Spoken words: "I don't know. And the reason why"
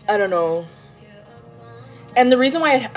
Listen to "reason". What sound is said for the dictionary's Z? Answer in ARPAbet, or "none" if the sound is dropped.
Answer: Z